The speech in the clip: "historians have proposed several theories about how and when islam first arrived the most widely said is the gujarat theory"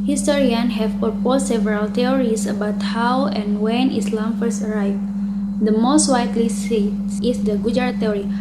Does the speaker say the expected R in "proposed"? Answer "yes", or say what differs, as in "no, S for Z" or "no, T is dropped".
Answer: no, R is dropped